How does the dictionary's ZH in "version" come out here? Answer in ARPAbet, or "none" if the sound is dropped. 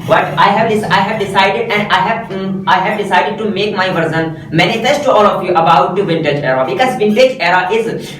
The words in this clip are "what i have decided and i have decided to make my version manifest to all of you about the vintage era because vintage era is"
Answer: Z